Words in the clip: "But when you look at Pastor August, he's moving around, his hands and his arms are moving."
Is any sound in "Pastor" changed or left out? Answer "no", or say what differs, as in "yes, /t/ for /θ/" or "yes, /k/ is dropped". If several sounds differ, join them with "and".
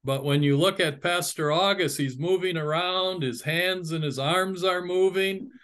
no